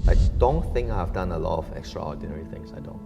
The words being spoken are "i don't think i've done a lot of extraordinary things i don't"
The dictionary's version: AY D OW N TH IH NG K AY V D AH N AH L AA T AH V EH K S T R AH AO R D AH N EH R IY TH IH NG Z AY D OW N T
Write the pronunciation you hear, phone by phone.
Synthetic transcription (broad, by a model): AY D OW N TH IH NG K AY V D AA N AH L AA T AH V EH K S T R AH AO D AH N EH R IY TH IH NG S AY D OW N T